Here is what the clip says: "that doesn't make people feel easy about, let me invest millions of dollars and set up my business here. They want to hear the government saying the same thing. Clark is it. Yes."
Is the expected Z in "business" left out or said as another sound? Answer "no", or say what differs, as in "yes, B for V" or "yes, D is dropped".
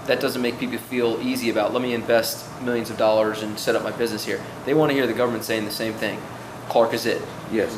no